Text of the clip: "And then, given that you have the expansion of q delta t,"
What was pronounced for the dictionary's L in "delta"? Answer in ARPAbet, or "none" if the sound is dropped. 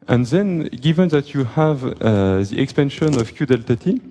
L